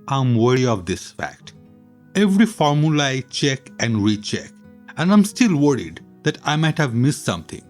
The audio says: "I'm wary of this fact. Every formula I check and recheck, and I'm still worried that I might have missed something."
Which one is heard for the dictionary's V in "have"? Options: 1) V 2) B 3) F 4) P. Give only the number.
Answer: 1